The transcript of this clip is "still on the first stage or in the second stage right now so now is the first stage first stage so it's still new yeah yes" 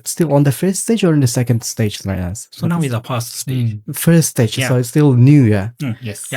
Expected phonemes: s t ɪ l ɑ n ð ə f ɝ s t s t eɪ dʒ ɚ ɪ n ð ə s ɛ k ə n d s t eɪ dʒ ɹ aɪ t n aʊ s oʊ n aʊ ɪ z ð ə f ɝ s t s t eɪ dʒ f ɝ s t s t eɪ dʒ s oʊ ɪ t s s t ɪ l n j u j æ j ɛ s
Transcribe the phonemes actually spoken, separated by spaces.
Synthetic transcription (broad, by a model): s t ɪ l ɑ n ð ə f ɝ s t s t eɪ dʒ ɚ ɪ n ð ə s ɛ k ə n d s t eɪ dʒ l aɪ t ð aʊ s oʊ n aʊ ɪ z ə p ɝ s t s t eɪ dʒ f ɝ s t s t eɪ dʒ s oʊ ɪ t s s t ɪ l n j u j æ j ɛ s